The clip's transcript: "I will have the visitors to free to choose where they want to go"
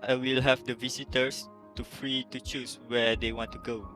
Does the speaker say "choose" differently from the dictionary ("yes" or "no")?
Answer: yes